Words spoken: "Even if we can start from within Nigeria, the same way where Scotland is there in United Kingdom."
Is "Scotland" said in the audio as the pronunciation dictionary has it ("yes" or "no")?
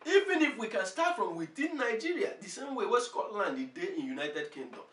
yes